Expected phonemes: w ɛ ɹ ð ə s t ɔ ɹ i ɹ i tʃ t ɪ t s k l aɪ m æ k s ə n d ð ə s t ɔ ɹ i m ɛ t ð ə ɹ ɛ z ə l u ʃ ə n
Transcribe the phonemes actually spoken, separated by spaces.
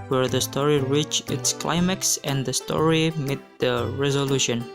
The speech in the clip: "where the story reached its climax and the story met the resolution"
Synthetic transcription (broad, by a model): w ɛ ɹ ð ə s t ɔ ɹ i ɹ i tʃ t ɪ t s k l aɪ m æ k s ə n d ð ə s t ɔ ɹ i m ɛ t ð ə ɹ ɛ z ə l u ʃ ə n